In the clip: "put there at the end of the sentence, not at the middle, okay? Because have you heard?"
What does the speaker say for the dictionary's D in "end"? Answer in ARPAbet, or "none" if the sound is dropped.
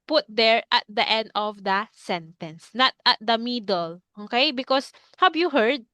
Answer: D